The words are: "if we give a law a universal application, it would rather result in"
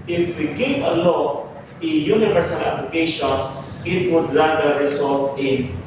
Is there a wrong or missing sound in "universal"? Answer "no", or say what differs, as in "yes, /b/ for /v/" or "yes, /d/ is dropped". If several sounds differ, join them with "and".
no